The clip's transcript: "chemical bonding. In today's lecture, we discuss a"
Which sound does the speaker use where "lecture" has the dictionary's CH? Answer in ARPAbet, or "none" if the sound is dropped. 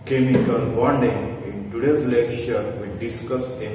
SH